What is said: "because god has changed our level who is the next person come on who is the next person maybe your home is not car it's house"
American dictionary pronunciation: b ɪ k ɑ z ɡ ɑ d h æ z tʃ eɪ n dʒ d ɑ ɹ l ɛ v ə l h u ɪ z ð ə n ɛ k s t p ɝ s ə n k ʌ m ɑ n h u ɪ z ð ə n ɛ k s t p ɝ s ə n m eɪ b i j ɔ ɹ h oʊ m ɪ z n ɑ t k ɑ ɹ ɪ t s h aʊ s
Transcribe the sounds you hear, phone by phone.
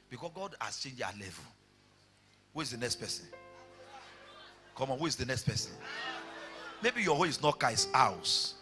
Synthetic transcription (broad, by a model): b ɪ k ɑ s ɡ ɑ d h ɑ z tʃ eɪ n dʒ ɑ l ɛ v ə l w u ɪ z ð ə n ɛ k s t p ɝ s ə n k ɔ m ɑ n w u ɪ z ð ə n ɛ k s t p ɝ s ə n m eɪ b i j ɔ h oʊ ɪ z n ɑ t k ɑ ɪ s aʊ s